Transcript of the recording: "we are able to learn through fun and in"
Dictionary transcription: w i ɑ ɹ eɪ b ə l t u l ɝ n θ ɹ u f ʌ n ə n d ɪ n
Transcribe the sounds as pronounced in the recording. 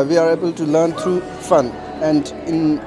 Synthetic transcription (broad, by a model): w i ɑ ɹ eɪ b ə l t u l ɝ n t ɹ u f ʌ n ə n d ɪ n